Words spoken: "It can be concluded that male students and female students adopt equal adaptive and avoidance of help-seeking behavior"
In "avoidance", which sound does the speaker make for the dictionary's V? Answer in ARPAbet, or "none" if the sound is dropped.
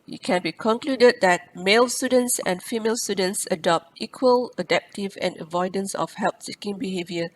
V